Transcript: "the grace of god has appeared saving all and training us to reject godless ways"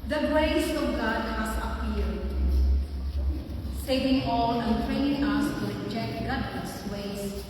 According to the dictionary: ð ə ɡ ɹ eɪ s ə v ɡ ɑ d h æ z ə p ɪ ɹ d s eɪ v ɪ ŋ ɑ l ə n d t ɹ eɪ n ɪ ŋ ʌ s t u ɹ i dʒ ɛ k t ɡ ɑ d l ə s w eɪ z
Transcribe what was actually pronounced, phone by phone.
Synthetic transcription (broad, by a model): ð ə ɡ ɹ eɪ s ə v ɡ ɑ d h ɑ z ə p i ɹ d s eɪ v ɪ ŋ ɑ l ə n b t ɹ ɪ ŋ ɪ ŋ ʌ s t u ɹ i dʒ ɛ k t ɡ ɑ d ə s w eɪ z